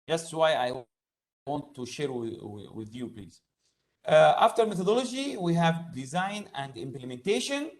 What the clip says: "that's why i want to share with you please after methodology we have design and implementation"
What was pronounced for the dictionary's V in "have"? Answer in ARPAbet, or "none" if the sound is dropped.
V